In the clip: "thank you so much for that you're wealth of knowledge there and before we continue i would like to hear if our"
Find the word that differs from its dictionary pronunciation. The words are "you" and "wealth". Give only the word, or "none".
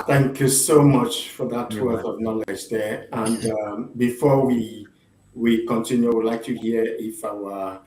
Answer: wealth